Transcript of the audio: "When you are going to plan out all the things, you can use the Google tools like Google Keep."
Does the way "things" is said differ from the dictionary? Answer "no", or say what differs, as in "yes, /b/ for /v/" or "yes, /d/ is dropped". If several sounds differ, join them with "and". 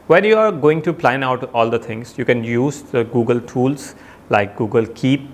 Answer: yes, /t/ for /θ/